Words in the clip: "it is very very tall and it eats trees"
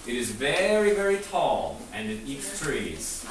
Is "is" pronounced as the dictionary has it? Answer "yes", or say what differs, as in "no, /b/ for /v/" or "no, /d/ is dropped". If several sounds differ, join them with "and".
yes